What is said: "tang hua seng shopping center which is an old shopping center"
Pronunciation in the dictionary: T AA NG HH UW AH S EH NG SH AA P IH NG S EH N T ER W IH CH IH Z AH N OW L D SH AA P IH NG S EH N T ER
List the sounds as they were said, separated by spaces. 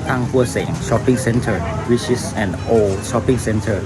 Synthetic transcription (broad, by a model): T AA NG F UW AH S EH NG SH AA P IH NG S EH N T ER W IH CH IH S AH N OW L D SH AA P IH NG S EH N T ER